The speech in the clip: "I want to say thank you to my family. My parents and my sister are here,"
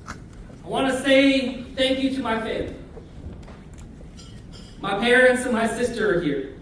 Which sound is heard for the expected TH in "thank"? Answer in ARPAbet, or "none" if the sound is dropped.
TH